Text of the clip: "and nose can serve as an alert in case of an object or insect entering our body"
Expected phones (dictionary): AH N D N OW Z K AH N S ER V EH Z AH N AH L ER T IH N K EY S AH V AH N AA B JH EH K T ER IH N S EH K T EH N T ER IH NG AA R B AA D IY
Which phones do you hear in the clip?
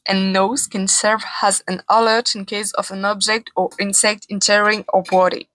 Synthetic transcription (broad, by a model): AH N N OW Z K AH N S ER V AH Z AH N AH L ER T IH N K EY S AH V AH N AA B JH EH K T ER IH N S EH K T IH N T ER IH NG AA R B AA D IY